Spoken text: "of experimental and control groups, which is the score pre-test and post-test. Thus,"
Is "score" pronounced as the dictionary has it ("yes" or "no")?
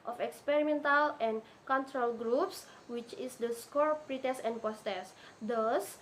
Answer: yes